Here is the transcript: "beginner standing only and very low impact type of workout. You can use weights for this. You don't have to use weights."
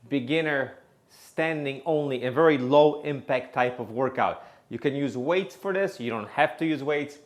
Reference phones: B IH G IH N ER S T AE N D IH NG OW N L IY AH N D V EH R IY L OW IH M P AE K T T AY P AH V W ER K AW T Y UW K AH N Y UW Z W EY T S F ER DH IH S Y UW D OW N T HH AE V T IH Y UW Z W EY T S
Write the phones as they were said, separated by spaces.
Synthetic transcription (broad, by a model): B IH G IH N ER S T AE N D IH NG OW N L IY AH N V EH R IY L OW IH M P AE K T T AY P AH V W ER K AW T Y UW K AH N Y UW Z W EY T S F ER DH IH S Y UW D OW N T HH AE F T IH Y UW Z W EY T S